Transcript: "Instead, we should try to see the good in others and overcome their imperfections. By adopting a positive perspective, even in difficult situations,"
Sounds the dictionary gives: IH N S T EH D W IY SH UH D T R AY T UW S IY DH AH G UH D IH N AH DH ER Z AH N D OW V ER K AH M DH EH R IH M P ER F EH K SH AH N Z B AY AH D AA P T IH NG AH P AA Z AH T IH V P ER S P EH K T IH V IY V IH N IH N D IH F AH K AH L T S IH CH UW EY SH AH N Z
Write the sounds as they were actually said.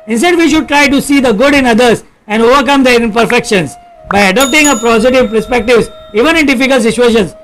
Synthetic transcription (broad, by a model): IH N S T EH D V IY SH UH D T R AY T UW S IY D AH G UH D IH N AH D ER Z AH N D OW V ER K AH M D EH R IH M P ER F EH K SH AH N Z B AY AH D AA P T IH NG AH P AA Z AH T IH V P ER S P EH K T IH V IY V IH N IH N D IH F AH K AH L T S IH CH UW EY SH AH N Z